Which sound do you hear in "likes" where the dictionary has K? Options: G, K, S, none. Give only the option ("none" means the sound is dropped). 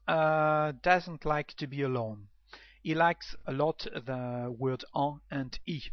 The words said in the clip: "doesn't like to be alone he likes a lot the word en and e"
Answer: K